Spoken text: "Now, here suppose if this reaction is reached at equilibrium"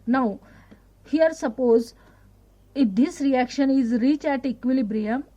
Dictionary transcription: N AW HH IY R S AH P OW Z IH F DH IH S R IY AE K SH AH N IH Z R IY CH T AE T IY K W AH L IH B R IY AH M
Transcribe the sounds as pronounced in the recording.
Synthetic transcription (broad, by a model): N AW HH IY R S AH P OW Z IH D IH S R IY AE K SH AH N IH Z R IY CH AE T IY K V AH L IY B R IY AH M